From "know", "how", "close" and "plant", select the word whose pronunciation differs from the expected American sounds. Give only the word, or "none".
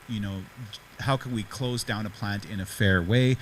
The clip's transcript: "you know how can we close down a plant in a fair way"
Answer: none